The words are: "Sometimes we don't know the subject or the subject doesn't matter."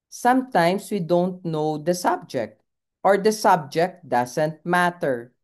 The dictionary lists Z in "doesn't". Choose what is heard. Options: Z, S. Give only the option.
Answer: S